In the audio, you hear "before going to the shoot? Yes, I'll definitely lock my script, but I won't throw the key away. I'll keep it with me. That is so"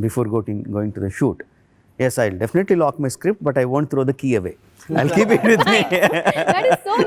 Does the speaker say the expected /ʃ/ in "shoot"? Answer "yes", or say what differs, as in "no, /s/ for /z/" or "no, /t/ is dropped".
yes